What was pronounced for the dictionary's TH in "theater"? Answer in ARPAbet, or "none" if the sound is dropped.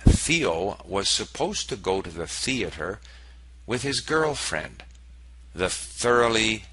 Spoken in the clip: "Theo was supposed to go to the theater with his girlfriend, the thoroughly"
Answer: TH